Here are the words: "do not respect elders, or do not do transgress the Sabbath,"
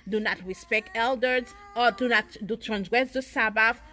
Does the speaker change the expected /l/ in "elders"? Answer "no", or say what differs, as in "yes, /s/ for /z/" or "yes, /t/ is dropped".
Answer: no